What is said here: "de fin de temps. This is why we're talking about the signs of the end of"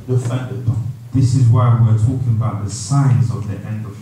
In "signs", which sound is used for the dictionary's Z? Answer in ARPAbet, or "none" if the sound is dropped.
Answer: Z